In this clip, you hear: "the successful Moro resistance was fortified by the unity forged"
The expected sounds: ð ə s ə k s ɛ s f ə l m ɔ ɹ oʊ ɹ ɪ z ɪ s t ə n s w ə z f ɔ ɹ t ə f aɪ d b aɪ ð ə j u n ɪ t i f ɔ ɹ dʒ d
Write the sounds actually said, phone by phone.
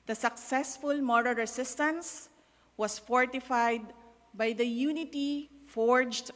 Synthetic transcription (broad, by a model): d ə s ə k s ɛ s f ə l m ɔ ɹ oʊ ɹ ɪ s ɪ s t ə n s w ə s f ɔ ɹ t ə f aɪ d b aɪ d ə j u n ɪ t i f ɔ ɹ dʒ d